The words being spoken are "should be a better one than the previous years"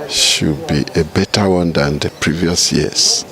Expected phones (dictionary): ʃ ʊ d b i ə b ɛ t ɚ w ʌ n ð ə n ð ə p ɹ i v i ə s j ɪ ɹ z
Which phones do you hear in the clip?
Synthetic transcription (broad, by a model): ʃ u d b i ə b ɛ t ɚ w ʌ n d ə n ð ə p ɹ i v i ə s j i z